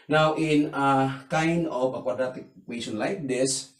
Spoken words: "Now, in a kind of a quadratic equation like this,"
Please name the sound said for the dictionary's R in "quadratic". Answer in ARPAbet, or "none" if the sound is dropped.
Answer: none